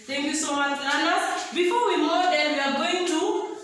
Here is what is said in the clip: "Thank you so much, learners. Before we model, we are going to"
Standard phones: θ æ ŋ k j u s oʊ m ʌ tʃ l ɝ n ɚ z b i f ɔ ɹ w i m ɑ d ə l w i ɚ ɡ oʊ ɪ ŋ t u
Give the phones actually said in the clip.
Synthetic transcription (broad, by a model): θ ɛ ŋ k j u s oʊ m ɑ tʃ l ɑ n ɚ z b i f ɔ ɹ w i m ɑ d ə n w i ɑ ɡ oʊ ɪ ŋ t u